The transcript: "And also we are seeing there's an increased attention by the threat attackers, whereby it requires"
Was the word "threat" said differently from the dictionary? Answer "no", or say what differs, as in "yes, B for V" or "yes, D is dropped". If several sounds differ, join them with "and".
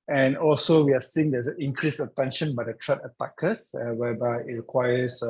yes, T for TH